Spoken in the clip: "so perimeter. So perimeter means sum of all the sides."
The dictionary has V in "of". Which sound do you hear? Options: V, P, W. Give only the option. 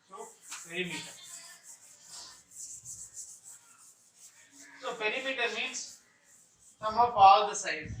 P